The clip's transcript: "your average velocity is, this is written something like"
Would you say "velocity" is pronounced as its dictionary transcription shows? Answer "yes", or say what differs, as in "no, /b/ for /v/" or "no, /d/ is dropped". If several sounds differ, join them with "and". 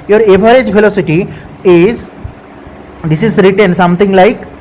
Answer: no, /f/ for /v/